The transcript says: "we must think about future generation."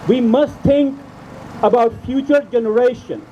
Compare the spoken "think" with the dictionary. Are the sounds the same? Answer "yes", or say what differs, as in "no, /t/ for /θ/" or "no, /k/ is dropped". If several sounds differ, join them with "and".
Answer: no, /t/ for /θ/